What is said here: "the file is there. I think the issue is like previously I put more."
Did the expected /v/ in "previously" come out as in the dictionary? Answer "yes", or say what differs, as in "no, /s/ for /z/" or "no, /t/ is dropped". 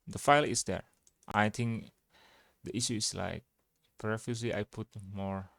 no, /f/ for /v/